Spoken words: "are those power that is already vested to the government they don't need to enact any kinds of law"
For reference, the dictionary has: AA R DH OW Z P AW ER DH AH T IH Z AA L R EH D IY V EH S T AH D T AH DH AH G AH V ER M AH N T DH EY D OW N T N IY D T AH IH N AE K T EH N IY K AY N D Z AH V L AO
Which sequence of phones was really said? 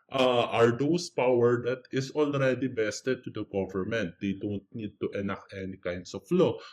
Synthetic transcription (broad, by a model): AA R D OW S P AW ER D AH T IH S AA L R EH D IY B EH S T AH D T AH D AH G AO V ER M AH N T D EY D OW N T N IY D T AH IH N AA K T EH N IY K AY N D S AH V L AO